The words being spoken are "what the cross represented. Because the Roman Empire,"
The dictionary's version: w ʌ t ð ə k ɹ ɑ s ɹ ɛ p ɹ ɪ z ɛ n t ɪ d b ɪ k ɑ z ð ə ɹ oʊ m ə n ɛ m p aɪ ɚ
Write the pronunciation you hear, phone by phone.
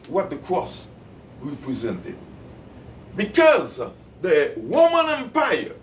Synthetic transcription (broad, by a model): w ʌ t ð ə k ɹ ɑ s ɹ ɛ p ɹ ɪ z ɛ n t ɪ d b ɪ k ɑ z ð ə w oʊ m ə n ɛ m p aɪ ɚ